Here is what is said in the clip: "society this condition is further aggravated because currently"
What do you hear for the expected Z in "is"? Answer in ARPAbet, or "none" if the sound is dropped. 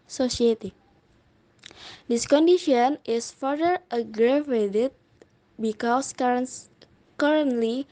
S